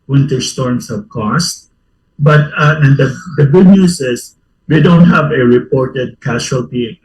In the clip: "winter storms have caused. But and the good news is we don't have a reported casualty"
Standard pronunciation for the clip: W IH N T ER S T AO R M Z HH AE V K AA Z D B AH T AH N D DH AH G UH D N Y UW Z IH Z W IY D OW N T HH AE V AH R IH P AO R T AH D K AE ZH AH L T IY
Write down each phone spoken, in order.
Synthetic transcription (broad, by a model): W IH N T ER S T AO R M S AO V K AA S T B AH T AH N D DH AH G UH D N Y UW S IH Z W IY D OW N T HH AE V AH R IH P AO R T AH D K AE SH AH L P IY